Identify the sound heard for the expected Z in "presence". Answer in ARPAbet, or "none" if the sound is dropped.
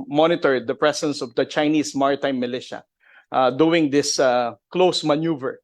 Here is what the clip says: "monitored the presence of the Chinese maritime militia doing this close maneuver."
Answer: S